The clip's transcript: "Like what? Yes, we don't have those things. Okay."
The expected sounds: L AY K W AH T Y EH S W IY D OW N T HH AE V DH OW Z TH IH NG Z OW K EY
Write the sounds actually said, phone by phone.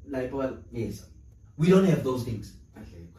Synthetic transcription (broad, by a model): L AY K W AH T Y EH S W IY D OW N T HH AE V DH OW Z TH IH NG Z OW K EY